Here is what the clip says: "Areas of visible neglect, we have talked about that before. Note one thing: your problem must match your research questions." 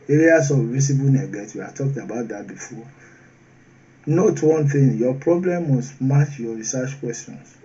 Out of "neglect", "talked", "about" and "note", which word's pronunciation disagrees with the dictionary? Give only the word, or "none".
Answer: neglect